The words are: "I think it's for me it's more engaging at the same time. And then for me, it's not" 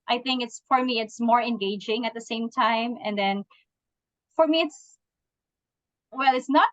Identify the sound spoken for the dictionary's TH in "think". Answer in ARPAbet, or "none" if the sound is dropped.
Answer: TH